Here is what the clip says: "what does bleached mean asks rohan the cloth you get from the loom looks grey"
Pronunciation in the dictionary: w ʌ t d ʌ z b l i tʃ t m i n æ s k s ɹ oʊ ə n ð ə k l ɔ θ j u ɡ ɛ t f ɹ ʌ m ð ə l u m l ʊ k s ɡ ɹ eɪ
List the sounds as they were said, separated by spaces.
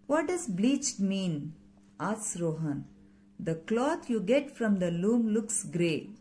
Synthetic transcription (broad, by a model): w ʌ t d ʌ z b l i tʃ t m i n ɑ s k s ɹ oʊ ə n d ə k l ɔ t j u ɡ ɛ t f ɹ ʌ m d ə l u m l ʊ k s ɡ ɹ eɪ